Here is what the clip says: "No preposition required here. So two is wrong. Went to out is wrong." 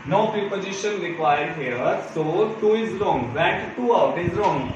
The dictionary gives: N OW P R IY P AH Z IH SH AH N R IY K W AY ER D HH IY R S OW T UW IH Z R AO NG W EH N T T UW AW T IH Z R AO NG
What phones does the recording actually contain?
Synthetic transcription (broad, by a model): N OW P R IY P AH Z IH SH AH N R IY K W AY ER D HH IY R S OW T UW IH Z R AO NG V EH T T UW AW T IH Z R AO NG